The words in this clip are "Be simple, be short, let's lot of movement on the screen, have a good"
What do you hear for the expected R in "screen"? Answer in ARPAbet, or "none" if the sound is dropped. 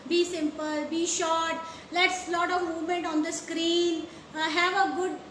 R